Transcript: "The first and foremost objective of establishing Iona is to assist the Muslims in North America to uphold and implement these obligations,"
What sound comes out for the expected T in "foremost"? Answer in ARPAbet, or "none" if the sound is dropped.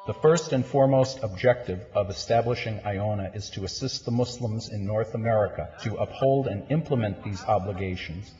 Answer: T